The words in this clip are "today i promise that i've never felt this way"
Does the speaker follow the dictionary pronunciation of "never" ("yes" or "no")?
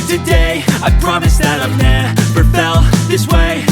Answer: no